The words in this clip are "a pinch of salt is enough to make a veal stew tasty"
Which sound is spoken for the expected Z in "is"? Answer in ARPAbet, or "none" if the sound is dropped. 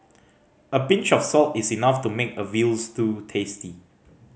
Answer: S